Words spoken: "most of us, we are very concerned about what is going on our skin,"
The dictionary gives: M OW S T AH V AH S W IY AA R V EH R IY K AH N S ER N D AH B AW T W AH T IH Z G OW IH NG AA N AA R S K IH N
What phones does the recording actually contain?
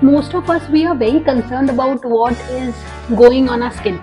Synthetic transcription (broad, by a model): M OW S T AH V AH S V IY AA R V EH R IY K AH N S ER N D AH B AW T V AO T IH Z G OW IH NG AA N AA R S K IH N